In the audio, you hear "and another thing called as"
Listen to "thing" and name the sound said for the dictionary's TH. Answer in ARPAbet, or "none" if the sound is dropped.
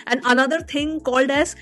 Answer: T